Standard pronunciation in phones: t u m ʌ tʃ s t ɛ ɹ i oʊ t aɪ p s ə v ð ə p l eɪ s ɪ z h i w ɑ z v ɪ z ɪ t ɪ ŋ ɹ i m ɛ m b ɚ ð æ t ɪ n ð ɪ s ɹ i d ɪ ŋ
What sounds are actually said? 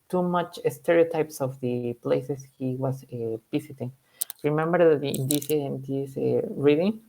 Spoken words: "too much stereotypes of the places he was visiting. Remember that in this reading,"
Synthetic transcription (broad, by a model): t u m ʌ tʃ s t ɛ ɹ i oʊ t aɪ p s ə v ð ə p l eɪ s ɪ s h i w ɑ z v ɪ s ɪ t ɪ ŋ ɹ i m ɛ m b ɚ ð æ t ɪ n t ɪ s ɹ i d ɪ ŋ